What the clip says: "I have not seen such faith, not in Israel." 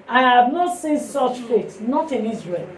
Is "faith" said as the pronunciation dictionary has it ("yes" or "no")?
no